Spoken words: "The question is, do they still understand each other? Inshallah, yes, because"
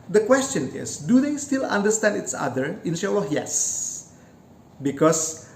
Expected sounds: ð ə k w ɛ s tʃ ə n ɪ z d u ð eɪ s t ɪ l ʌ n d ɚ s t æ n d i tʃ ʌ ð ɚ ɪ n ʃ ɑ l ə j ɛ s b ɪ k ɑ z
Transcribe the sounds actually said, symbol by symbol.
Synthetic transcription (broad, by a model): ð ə k w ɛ s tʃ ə n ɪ s d u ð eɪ s t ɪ l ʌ n d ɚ s t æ n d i s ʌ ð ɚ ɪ n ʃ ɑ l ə j ɛ s b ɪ k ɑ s